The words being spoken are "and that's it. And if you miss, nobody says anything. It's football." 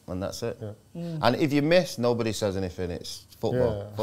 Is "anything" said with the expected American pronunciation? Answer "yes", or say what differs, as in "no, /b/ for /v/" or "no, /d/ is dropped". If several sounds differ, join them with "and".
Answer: no, /f/ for /θ/